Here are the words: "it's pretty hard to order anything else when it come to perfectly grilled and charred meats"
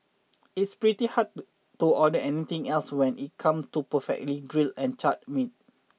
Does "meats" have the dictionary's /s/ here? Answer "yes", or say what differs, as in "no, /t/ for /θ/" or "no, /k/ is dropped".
no, /s/ is dropped